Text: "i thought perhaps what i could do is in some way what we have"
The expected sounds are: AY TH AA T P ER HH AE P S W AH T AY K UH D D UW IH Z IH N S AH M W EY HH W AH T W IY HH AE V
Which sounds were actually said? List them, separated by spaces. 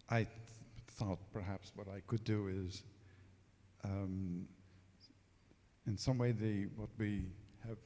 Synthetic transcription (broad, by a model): AY TH AA T P ER HH AE P S W AH T AY K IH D D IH IH Z IH N S AH M W EY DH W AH T W IY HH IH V